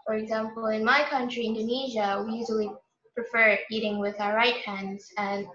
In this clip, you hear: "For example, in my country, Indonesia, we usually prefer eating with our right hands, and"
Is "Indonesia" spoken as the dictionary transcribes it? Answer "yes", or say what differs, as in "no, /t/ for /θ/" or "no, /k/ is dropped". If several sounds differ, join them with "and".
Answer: yes